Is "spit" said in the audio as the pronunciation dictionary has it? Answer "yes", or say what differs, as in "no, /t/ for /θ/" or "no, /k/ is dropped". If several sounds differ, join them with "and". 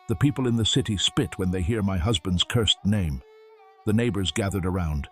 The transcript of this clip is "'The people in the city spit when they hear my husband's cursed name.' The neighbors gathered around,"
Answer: yes